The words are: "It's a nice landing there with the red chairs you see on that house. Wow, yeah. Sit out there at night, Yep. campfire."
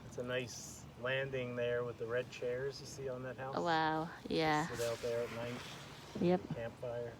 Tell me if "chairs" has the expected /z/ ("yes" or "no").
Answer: yes